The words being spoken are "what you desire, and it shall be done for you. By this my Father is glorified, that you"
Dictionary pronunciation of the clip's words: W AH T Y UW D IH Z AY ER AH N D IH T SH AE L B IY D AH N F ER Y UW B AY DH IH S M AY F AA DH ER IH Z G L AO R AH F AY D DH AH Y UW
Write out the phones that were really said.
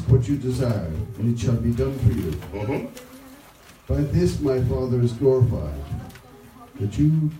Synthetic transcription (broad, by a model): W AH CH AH D IH Z AY ER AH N IH T SH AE L B IY D AH N F ER Y UW B AY DH IH S M AY F AA DH ER IH Z G L AO R AH F AY D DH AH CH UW